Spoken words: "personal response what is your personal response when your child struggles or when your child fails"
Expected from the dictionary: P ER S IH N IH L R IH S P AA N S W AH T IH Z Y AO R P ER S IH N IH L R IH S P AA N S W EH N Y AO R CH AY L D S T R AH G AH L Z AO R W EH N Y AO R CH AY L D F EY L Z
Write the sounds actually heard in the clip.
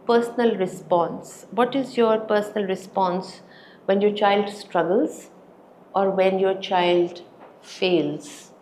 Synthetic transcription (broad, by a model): P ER S N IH L R IH S P AA N S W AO T IH Z Y AO R P ER S IH N IH L R IH S P AA N S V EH N Y AO R CH AY L D S T R AH G AH L Z AO R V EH N Y AO R CH AY L D F EY L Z